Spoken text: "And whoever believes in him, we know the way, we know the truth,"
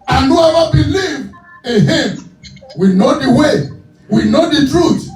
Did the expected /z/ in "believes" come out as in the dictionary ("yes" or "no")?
no